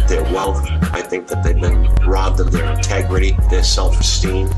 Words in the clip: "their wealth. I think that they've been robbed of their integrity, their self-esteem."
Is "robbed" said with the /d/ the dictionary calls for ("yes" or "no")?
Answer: yes